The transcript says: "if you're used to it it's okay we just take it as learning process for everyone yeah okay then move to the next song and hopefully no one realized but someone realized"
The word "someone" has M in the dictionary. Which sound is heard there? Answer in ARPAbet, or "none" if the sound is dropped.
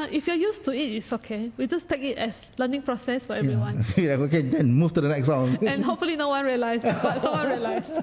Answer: none